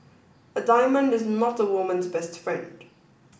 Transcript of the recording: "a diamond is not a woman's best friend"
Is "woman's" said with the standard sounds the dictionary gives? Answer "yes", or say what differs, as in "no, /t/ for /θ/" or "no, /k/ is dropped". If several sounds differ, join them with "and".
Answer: yes